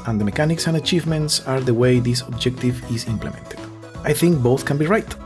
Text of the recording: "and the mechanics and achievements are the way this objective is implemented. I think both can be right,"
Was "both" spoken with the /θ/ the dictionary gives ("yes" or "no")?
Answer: yes